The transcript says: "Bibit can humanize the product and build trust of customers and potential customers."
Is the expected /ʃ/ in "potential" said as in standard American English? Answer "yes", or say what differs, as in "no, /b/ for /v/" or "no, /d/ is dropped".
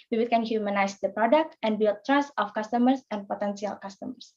no, /s/ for /ʃ/